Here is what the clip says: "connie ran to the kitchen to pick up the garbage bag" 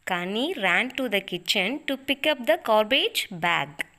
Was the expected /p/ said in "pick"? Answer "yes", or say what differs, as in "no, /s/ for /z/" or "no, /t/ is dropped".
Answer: yes